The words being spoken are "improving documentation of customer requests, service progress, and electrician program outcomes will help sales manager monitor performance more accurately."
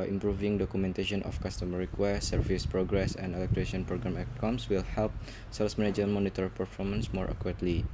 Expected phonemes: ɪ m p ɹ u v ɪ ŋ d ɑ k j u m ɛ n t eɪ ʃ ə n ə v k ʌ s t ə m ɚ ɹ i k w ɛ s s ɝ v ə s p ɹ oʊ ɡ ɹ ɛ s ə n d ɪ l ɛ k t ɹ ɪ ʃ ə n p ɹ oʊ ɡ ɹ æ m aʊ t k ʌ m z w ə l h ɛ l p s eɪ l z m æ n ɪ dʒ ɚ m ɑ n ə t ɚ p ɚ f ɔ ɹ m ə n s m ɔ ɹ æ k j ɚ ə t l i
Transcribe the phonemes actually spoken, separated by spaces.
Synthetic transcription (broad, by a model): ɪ m p ɹ u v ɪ ŋ d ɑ k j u m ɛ n t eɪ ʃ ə n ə f k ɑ s t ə m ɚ ɹ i k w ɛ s s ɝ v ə s p ɹ oʊ ɡ ɹ ɛ s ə n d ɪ l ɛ k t ɹ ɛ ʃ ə n p ɹ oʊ ɡ ɹ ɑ m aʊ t k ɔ m s w ə l h ɛ l p s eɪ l s m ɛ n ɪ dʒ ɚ m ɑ n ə t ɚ p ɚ f ɔ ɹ m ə n s m ɔ ɹ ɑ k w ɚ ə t l i